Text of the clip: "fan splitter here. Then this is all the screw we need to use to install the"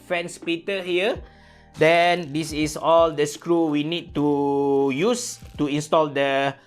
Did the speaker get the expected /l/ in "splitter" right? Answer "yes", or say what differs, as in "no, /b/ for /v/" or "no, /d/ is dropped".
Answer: no, /l/ is dropped